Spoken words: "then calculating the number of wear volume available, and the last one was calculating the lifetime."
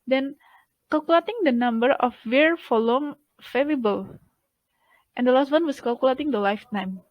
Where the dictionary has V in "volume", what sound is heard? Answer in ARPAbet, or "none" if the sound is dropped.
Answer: F